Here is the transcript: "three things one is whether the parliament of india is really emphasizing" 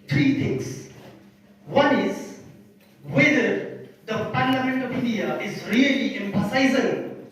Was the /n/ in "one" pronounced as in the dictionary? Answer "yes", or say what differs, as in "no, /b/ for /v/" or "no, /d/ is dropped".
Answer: yes